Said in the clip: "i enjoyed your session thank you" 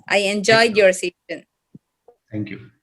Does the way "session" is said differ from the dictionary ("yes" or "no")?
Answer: yes